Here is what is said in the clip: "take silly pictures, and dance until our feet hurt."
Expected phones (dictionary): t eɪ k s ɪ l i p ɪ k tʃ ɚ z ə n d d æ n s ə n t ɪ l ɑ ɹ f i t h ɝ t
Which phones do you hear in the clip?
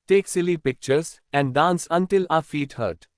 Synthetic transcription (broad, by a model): t eɪ k s ɪ l i p ɪ k tʃ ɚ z ə n d d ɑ n s ə n t ɪ l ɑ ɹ f i t h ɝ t